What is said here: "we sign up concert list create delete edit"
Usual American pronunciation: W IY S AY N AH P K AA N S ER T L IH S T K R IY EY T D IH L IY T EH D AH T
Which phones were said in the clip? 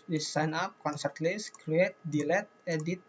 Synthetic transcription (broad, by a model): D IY S AY N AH P K AA N S ER T L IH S K R IY EY T D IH L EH T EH D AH T